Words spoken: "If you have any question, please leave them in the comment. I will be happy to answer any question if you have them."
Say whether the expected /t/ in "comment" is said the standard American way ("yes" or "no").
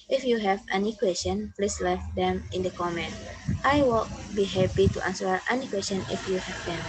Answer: yes